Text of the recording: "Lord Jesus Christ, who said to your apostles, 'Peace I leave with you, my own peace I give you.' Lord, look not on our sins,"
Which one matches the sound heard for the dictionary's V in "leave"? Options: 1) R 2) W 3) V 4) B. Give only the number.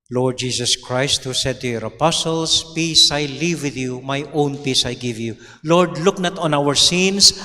3